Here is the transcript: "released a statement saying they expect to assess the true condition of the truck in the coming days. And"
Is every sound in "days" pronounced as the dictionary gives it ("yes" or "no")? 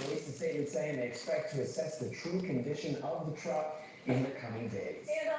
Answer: no